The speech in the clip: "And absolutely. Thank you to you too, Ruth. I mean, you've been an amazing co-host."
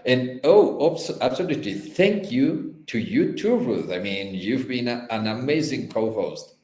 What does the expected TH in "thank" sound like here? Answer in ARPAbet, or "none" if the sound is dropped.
TH